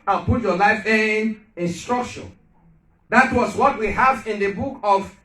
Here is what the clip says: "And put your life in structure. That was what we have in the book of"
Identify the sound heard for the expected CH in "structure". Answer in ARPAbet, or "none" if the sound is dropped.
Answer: SH